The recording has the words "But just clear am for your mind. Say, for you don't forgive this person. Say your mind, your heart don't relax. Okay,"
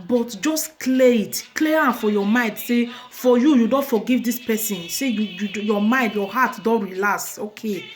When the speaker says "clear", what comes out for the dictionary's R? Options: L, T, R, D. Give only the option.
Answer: L